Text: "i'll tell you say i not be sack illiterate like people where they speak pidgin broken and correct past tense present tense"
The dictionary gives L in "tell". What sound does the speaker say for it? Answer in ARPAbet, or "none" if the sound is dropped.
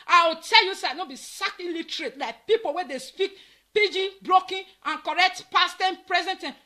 L